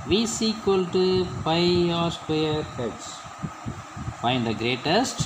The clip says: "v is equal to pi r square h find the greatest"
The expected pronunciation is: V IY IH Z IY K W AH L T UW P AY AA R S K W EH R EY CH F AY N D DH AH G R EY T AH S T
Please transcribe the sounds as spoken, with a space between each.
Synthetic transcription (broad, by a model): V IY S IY K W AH L T UW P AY AA R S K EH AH R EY S F AY N D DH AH G R EY T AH S T